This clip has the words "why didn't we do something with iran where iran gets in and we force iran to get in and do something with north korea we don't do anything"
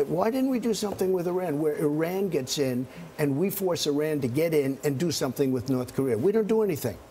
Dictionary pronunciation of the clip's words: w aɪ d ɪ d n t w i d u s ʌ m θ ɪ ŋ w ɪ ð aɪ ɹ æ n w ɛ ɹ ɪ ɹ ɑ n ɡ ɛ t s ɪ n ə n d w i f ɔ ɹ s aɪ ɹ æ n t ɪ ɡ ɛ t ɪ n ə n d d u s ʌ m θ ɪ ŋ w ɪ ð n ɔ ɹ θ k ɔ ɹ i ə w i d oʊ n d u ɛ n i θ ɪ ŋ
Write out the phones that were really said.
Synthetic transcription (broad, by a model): w aɪ d ɪ d n t w i d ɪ s ʌ m θ ɪ ŋ w ɪ ð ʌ ɹ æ n w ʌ ɹ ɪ ɹ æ n ɡ ɛ t s ɪ n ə n w i f ɔ ɹ s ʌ ɹ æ n t ɪ ɡ ɛ t ɪ n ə n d d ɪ s ʌ m θ ɪ ŋ w ɪ ð n ɔ ɹ θ k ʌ ɹ i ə w i d oʊ n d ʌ ɛ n i θ ɪ ŋ